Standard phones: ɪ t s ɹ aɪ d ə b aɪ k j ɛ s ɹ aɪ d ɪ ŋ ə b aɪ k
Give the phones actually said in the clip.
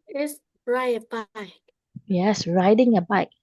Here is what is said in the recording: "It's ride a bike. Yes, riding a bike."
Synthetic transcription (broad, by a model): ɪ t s ɹ aɪ ə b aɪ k j ɛ s ɹ aɪ d ɪ ŋ ə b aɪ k